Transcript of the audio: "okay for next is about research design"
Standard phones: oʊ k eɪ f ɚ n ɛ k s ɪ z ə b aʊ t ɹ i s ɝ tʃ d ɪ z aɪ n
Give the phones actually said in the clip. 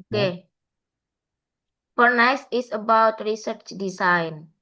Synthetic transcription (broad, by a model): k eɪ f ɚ n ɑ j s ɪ s ə b aʊ t ɹ i s ɝ tʃ d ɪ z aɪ n